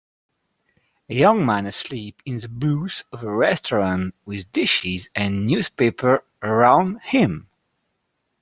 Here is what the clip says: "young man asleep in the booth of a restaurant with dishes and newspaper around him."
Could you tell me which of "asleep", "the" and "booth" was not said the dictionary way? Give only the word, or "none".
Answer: booth